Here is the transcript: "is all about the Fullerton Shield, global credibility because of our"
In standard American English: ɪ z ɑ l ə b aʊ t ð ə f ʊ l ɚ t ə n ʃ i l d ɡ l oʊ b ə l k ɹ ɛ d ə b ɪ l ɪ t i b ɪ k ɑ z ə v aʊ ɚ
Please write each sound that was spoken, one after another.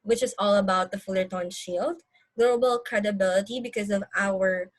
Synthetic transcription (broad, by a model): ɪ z ɑ l ə b aʊ t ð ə f ʊ l ɚ t ə n ʃ i l d ɡ l oʊ b ə l k ɹ ɛ d ə b ɪ l ɪ t i b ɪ k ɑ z ə v aʊ ɚ